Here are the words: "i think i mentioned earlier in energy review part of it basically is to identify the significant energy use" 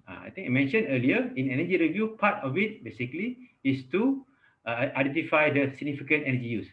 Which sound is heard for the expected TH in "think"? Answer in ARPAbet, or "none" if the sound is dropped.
T